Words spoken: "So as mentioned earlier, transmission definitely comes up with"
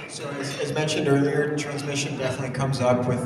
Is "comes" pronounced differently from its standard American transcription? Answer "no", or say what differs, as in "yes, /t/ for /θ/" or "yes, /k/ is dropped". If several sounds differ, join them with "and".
no